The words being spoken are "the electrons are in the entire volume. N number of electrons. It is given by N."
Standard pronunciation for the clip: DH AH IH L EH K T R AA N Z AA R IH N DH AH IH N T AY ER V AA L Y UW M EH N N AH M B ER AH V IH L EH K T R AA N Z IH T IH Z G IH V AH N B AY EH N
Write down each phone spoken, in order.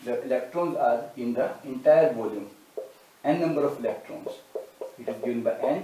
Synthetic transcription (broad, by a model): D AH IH L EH K T R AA N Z AA R IH N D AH IH N T AY ER B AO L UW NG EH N N AH M B ER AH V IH L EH K T R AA N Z IH T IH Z G IH V AH N B AY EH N